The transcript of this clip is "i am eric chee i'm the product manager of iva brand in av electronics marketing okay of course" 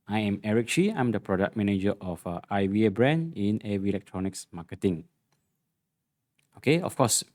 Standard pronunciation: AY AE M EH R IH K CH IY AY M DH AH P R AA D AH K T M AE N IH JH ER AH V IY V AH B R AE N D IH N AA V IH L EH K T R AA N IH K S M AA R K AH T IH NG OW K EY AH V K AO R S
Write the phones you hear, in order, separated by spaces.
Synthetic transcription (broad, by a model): AY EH M EH R IH K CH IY AY M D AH P R AA D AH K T M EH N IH JH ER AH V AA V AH B R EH N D IH N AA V IH L EH K T R AA N IH K S M AA K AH T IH NG OW K EY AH F K AO S